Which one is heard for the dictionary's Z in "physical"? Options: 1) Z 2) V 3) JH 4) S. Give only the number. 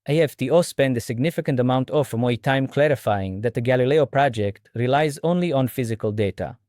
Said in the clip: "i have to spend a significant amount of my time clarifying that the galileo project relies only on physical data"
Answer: 1